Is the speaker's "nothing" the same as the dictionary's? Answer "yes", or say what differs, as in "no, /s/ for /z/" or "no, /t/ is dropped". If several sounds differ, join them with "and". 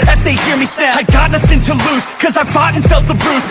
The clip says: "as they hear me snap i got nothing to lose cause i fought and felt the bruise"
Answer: yes